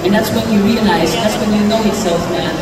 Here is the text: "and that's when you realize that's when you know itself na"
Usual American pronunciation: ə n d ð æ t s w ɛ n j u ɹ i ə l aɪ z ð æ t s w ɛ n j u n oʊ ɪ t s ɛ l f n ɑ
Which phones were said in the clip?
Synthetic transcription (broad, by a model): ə n ð æ t s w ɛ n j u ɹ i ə n aɪ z ð æ t s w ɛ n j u n oʊ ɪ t s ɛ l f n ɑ